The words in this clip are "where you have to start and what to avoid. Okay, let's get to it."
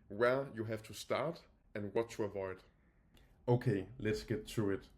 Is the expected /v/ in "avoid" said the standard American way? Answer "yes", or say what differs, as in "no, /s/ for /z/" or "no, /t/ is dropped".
yes